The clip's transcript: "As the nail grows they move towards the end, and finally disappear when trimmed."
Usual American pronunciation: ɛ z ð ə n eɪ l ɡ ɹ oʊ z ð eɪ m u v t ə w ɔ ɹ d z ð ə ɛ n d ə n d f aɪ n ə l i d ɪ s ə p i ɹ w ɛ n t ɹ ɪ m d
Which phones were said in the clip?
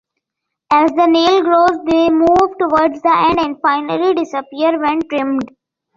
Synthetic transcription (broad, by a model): ɛ z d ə n eɪ l ɡ ɹ oʊ z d eɪ m u v t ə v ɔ ɹ d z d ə ɛ n d ə n d f aɪ n ə l i d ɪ s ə p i ɹ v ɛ n t ɹ ɪ m d